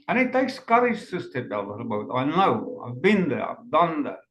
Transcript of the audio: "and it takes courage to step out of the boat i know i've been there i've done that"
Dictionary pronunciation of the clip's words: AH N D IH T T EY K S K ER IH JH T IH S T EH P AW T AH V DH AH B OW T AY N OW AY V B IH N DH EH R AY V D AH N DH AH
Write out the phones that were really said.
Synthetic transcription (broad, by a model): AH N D IH T T EY K S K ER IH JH S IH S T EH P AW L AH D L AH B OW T AY N OW AY V B IH N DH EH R AY V D AH N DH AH